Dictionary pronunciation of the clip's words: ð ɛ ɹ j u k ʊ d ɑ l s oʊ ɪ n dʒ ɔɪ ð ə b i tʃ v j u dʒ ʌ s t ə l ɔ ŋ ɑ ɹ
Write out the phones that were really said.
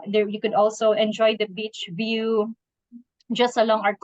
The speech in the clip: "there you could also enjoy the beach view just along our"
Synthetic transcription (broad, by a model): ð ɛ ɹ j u k ʊ d ɑ l s oʊ ɪ n dʒ ɔɪ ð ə b i tʃ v j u dʒ ʌ s t ə l ɔ ŋ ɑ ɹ